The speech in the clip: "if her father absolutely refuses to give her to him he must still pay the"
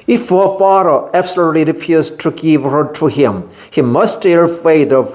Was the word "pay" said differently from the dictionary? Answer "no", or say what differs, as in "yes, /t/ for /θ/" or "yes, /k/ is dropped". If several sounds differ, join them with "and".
yes, /f/ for /p/